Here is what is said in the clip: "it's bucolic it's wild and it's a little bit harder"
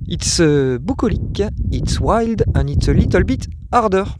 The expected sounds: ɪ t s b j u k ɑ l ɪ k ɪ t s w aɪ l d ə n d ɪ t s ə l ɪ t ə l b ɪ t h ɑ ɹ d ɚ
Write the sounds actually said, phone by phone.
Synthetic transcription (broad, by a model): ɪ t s b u k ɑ l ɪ k ɪ t s w aɪ l d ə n ɪ t s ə l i t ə l b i t ɑ ɹ d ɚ